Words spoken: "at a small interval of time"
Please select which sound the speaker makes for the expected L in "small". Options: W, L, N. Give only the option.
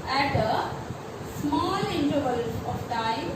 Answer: L